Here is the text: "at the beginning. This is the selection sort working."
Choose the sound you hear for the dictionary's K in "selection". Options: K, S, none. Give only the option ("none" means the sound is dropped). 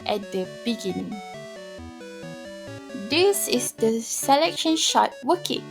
K